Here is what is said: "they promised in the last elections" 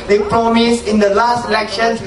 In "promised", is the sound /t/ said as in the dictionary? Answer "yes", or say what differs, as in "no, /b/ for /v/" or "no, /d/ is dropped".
no, /t/ is dropped